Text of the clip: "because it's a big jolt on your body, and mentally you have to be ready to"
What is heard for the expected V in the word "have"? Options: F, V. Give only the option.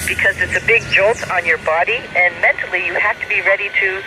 F